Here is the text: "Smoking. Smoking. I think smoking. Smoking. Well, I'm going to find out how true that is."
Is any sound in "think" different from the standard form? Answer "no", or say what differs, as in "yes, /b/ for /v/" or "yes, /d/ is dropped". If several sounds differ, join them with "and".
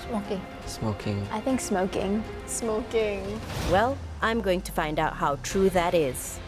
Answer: no